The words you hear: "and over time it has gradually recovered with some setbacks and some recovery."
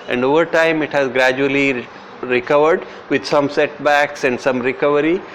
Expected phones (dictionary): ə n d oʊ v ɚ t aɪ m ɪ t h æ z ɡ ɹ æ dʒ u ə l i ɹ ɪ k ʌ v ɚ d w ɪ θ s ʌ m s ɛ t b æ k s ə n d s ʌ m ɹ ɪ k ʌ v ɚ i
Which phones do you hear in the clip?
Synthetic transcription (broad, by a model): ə n d oʊ v ɚ t aɪ m ɪ t h æ z ɡ ɹ æ dʒ u ə l i ɹ ɪ k ʌ v ɚ d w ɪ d s ʌ m s ɛ t b æ k s ə n d s ʌ m ɹ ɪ k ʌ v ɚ i